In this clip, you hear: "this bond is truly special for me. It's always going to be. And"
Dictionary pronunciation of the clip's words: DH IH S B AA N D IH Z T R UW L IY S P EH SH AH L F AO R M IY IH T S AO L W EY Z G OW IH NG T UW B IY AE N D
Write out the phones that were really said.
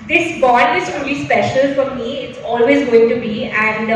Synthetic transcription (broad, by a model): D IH S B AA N IH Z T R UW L IY S P EH SH AH L F AO R M IY IH T S AO L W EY Z G OW IH NG T UW B IY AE N D